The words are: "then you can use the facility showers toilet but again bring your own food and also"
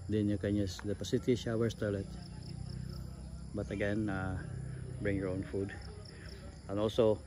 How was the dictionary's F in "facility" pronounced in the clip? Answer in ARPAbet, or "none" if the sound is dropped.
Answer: P